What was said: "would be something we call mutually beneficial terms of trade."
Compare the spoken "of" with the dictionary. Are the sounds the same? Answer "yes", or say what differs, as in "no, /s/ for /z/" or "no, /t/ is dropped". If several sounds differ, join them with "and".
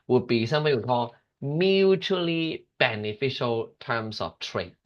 no, /f/ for /v/